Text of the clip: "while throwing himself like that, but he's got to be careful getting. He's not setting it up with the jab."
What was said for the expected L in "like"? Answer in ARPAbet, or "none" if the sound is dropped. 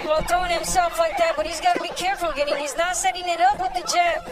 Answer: L